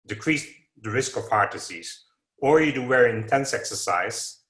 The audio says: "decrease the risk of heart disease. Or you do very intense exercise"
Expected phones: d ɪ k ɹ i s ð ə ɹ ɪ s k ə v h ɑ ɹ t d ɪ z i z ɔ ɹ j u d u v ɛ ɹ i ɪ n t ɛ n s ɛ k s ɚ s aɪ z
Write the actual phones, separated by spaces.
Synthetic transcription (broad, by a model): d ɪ k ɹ i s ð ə ɹ ɪ s k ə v h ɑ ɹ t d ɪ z i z ɔ ɹ j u d u w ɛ ɹ ɪ n t ɛ n s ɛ k s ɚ s aɪ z